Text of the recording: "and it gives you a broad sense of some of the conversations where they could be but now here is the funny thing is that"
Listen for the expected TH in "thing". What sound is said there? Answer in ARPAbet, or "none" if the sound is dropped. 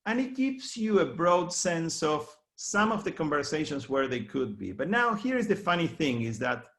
TH